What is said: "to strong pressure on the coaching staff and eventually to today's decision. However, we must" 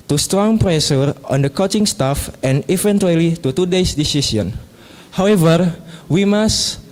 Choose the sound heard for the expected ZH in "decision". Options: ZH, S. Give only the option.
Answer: S